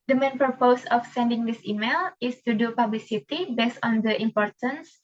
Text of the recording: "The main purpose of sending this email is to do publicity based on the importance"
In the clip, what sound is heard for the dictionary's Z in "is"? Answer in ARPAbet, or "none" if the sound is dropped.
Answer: S